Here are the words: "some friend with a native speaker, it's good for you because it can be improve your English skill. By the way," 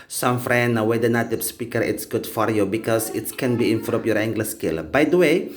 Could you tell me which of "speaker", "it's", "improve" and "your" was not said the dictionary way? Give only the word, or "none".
improve